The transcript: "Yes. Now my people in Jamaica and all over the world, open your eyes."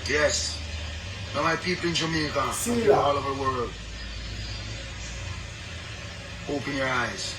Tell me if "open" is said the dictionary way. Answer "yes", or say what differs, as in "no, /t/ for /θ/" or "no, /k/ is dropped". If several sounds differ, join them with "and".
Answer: yes